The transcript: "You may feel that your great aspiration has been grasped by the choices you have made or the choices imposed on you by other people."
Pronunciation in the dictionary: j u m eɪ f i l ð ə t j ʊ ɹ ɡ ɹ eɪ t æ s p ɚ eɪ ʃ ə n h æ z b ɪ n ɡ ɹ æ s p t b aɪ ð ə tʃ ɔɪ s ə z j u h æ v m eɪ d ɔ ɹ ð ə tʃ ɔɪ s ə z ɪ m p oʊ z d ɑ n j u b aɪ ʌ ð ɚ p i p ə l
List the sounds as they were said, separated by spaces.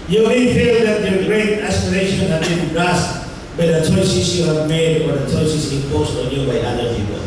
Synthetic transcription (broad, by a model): j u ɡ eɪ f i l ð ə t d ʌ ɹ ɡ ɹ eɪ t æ s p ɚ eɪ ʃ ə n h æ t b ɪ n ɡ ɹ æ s t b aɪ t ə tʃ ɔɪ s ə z j u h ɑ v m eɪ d ɔ ɹ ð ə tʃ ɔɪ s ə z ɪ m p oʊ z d ɑ n j u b aɪ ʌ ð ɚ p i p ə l